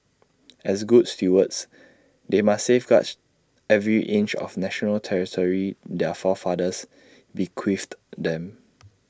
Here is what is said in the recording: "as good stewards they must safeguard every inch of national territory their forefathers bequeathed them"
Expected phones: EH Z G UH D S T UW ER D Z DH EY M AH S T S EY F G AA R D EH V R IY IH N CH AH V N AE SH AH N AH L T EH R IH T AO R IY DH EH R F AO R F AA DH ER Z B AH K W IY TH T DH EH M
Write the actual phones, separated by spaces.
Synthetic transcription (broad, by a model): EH S G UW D S T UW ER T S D EY M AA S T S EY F G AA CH EH V R IY IH N CH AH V N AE SH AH N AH L T EH R IH T AO R IY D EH F AO F AA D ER S B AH K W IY F T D EH M